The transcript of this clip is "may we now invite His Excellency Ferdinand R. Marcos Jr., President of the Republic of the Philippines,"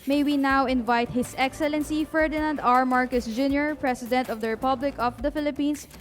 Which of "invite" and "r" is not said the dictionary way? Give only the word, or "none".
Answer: none